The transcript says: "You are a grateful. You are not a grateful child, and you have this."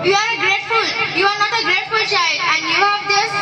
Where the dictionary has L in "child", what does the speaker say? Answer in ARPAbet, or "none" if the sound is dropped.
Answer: none